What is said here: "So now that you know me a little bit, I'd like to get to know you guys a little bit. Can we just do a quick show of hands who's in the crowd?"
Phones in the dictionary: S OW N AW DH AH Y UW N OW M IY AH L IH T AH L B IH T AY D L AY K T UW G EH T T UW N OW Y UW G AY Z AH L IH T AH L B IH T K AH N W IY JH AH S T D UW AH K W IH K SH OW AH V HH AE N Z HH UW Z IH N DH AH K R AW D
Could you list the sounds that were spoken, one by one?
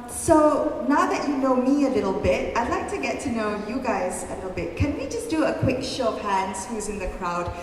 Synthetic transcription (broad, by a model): S OW N AW DH AH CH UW N OW M IY AH L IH T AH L B IH T AY D L AY K T UW G EH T T UW N OW Y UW G AY Z AH L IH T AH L B IH T K AH N W IY JH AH S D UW AH K W IH K SH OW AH P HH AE N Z HH UW Z IH N DH AH K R AW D